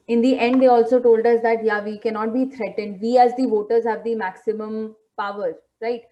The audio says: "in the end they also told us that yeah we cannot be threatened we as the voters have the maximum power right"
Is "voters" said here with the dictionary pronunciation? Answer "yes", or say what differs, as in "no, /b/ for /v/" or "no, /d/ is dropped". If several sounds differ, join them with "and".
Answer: yes